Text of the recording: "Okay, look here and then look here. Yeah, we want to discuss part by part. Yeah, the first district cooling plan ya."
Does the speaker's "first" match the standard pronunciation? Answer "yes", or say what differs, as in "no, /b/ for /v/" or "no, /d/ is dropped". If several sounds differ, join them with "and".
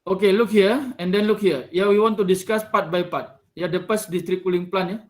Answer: no, /p/ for /f/